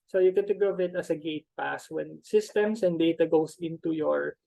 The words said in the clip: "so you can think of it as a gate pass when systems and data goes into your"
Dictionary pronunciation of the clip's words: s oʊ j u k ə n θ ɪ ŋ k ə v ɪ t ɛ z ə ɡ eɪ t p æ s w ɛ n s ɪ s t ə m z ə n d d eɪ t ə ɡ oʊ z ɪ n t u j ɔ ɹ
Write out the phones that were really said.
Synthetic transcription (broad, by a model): s oʊ j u k ə n t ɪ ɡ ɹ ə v ɪ t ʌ s ə ɡ eɪ t p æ s w ɛ n s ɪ s t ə m s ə n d d eɪ t ə ɡ oʊ s ɪ n t u j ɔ ɹ